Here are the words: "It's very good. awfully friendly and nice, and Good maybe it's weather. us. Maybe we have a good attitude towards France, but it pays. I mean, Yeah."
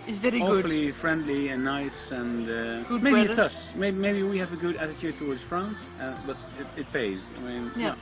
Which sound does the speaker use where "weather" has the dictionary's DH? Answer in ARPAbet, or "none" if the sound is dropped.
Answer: none